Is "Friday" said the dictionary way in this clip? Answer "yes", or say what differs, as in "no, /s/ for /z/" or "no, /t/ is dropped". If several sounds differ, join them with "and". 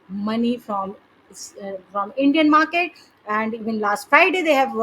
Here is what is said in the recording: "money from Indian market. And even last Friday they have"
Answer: no, /ɹ/ is dropped